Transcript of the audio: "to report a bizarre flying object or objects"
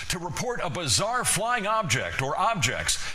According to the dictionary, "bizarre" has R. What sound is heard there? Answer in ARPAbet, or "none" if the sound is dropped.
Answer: R